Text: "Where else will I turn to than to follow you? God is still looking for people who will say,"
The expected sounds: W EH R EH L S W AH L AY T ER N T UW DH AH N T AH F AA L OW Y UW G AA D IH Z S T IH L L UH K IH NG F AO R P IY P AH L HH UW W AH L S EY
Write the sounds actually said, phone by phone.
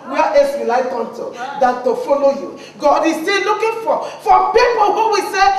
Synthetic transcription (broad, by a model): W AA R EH S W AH L AY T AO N T UW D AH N T AH F AA L OW Y UW G AA D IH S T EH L L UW K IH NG F AO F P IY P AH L HH UW W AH S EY